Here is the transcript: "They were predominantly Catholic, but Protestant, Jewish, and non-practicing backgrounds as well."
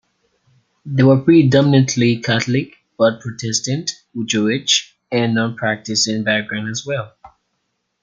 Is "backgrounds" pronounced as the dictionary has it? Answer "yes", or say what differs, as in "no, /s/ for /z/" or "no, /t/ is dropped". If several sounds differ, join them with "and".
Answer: no, /k/ is dropped